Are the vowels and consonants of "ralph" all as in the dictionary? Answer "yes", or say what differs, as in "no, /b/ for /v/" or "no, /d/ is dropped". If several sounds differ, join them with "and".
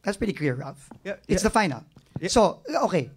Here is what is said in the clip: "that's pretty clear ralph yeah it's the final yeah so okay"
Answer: no, /l/ is dropped